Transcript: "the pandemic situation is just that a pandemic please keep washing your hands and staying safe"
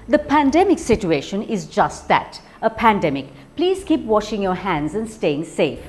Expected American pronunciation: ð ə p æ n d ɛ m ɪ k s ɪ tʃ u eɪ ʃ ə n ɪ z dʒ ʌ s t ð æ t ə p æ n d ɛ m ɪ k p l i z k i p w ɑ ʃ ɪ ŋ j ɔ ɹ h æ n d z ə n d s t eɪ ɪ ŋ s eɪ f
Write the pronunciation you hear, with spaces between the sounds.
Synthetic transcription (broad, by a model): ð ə p æ n d ɛ m ɪ k s ɪ tʃ u eɪ ʃ ə n ɪ z dʒ ʌ s t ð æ t ə p æ n d ɛ m ɪ k p l i z k i p w ɑ ʃ ɪ ŋ j ɔ ɹ h æ n d z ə n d s t eɪ ɪ ŋ s eɪ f